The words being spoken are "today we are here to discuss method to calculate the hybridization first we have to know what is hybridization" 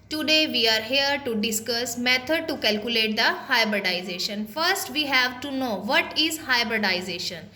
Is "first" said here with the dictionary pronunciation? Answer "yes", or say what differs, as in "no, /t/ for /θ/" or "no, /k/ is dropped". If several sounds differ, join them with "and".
yes